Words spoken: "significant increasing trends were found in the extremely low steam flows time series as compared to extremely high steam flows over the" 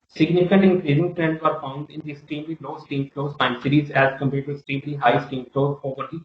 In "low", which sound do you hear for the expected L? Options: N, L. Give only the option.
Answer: L